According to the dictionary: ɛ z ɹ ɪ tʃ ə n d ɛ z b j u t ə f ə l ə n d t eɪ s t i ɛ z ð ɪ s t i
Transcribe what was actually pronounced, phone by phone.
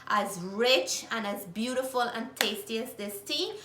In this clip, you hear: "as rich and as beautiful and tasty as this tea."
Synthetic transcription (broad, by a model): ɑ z ɹ ɪ tʃ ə n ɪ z b j u t ə f ə l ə n t eɪ s t i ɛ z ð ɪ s t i